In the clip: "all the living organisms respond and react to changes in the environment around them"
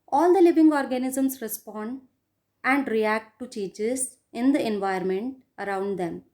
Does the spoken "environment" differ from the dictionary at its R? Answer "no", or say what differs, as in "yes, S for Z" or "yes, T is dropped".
yes, R is dropped